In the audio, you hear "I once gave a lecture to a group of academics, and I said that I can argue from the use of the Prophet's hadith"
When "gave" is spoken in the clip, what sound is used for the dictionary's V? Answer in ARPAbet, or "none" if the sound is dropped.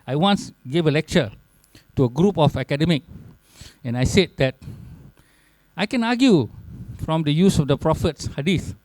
V